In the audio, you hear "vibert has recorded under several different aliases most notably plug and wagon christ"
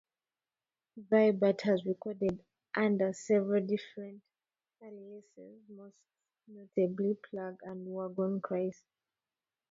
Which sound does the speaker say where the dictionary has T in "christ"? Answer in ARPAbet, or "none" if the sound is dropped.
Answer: none